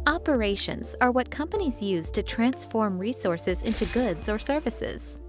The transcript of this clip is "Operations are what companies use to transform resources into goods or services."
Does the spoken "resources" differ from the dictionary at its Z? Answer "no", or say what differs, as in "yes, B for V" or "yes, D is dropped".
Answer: no